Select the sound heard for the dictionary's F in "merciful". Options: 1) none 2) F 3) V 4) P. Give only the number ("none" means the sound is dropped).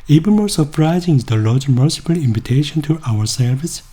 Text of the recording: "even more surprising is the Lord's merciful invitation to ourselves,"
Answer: 4